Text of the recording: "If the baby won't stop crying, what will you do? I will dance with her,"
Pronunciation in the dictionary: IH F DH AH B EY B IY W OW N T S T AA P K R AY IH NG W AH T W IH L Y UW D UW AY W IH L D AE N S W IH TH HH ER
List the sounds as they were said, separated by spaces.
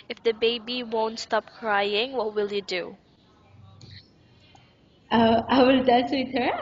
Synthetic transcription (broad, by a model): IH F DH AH B EY B IY W OW N T S T AA P K R AY IH NG W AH T W IH L Y UW D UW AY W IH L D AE S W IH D HH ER